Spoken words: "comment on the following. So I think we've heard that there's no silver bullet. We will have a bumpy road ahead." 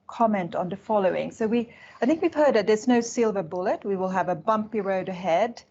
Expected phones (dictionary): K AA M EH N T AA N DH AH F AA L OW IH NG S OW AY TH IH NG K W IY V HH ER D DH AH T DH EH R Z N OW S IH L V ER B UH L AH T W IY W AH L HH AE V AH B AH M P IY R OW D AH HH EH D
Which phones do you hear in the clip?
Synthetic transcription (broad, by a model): K AA M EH N T N DH AH F AA L OW IH NG S OW AY TH IH NG K W IY V HH ER D DH AH T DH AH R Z N OW S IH L V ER B UH L AH T W IY W AH L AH V AH B AH M P IY R OW D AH HH EH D